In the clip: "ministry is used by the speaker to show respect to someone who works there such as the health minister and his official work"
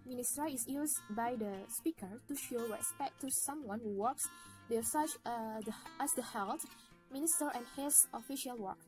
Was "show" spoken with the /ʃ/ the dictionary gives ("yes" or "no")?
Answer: yes